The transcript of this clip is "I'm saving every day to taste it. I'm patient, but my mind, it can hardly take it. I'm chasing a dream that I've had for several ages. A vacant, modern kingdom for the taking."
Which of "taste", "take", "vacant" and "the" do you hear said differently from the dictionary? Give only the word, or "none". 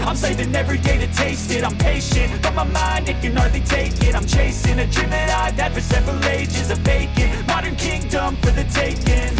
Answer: vacant